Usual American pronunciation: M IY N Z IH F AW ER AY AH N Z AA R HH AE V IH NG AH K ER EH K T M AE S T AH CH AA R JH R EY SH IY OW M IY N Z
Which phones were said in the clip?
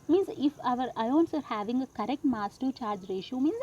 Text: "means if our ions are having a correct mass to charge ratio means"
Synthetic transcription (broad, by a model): M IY N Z IH F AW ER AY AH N S AA R HH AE V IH NG AH K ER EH K T M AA S T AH CH AA R JH R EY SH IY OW M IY N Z